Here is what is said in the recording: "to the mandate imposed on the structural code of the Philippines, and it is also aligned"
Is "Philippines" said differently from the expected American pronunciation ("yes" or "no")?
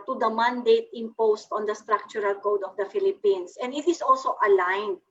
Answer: yes